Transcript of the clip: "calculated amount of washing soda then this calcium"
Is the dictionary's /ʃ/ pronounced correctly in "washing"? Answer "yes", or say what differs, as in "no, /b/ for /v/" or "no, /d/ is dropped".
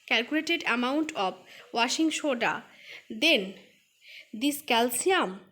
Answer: yes